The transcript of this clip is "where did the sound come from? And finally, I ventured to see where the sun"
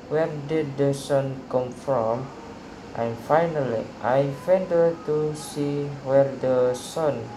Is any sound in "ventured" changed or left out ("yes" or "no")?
yes